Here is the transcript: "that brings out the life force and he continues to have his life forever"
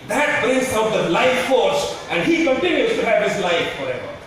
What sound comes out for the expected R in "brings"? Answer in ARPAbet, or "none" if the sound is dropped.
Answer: none